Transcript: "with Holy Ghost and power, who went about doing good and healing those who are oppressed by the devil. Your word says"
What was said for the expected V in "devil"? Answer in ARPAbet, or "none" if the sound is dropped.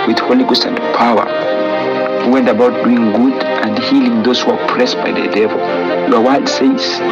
V